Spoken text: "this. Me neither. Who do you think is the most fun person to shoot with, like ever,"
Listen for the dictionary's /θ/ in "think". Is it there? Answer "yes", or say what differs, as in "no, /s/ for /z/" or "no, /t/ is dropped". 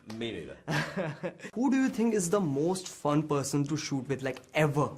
no, /t/ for /θ/